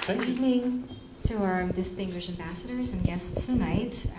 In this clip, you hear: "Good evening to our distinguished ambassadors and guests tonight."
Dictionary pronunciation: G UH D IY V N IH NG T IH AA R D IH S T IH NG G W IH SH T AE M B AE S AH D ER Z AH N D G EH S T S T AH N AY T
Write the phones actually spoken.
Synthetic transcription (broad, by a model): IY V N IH NG T IH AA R D IH S T IH NG G W IH SH T AE M B AE S AH D ER Z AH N G EH S T S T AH N AY T